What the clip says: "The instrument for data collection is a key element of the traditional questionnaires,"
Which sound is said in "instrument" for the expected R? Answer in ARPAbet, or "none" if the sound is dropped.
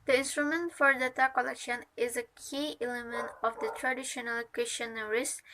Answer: R